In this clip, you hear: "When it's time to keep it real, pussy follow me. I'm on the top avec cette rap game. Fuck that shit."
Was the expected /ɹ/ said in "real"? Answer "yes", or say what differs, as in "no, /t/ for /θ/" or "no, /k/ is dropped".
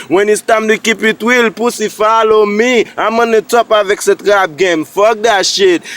no, /w/ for /ɹ/